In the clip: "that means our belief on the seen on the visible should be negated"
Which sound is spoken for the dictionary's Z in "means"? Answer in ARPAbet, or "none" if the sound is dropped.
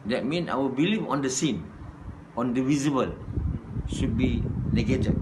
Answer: none